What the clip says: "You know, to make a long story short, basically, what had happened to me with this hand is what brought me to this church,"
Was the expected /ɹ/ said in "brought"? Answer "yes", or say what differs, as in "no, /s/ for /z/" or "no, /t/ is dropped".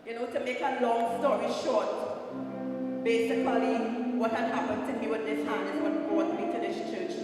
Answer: no, /ɹ/ is dropped